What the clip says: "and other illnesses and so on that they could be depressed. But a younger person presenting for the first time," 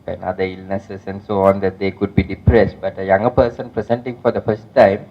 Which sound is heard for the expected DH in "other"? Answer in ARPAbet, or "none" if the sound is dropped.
none